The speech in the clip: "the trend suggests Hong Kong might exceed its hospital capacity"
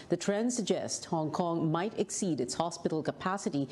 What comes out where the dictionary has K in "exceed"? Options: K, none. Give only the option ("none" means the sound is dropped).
K